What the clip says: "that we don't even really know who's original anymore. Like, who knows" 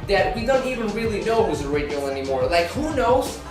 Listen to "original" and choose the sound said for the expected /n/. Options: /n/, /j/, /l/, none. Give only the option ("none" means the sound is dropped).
none